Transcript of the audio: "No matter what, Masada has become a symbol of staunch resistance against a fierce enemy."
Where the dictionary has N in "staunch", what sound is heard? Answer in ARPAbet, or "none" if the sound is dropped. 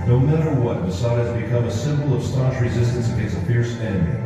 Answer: none